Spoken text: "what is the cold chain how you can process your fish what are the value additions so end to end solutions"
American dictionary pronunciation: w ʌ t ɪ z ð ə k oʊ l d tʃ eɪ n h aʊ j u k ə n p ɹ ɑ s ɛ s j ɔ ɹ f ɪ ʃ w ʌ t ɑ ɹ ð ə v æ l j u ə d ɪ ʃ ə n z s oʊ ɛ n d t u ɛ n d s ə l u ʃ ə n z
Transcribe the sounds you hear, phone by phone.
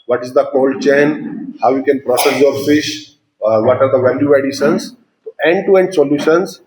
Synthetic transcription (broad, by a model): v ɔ t ɪ z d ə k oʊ l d tʃ eɪ n h aʊ j u k ə n p ɹ ɑ s ɛ s j ɔ ɹ f ɪ ʃ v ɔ t ɑ ɹ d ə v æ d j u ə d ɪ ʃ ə n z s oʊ ɛ n d t u ɛ n d s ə l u ʃ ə n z